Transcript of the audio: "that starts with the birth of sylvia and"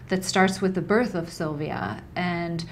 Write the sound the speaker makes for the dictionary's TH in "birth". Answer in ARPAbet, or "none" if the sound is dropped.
TH